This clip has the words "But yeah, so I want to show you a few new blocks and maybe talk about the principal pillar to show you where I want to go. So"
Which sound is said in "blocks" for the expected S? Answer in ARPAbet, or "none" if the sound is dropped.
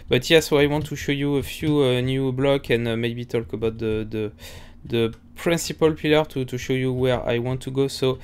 none